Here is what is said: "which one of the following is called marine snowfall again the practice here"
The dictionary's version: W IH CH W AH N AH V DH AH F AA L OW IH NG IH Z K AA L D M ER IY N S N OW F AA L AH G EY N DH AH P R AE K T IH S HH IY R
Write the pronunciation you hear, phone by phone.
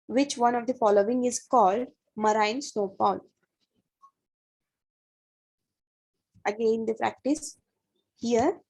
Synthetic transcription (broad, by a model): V IH CH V AH N AH V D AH F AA L OW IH NG IH Z K AA L D M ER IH N S N OW P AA L AH G EY N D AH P R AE K T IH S HH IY R